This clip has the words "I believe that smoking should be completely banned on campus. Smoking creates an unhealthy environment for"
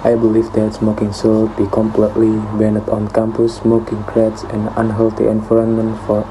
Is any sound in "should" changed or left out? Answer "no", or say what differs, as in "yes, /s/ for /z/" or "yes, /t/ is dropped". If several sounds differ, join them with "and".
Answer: yes, /s/ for /ʃ/